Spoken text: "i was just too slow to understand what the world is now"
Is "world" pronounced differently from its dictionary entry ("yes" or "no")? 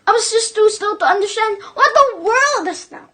no